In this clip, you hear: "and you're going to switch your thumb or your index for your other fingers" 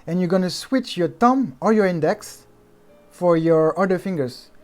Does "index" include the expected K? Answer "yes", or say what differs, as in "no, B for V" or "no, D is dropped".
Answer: yes